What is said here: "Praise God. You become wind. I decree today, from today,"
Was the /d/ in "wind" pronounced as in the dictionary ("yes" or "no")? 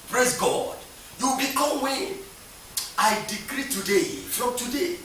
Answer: no